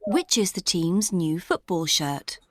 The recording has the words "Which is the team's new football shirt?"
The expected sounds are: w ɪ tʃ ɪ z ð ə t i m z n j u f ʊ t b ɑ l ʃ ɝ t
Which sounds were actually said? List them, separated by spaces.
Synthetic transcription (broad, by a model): w ɪ tʃ ɪ z ð ə t i m z n j u f ʊ t b ɑ l ʃ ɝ t